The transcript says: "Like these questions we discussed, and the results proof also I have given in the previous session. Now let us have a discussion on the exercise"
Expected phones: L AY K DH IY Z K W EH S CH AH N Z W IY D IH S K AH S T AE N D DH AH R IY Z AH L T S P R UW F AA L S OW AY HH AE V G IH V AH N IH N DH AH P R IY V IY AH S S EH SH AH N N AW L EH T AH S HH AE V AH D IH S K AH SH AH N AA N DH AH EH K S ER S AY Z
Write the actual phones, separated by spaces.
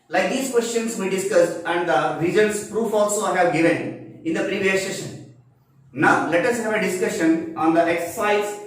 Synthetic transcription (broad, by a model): L AY K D IY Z K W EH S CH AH N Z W IY D IH S K AH S T AE N D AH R IY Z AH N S P R UW F AA L S OW AY HH AE V G IH V AH N IH N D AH P R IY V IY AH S S EH SH AH N N AW L EH T AH S HH AE V AH D IH S K AH SH AH N AA N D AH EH K S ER S AY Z